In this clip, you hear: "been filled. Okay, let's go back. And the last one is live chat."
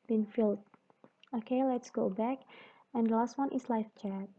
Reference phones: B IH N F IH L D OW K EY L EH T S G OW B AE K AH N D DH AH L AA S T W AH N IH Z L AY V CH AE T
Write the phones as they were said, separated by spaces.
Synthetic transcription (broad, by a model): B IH N F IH L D OW K EY L EH T S G OW B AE K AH N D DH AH L AA S T W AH N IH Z L AY F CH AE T